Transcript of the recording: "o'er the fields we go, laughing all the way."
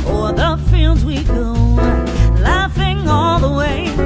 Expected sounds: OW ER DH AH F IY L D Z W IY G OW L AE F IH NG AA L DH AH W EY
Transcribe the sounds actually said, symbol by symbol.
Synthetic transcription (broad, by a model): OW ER DH AH F IY L D Z W IY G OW L AE F IH NG AA L DH AH W EY